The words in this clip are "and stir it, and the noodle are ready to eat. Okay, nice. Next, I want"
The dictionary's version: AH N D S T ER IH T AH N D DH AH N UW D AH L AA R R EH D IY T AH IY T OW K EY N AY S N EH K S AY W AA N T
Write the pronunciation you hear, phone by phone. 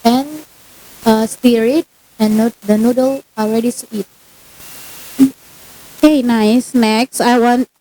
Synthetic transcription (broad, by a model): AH N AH S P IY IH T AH N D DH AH N UW D AH L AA L R EH D IY S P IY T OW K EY N AY S N EH K S AY W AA N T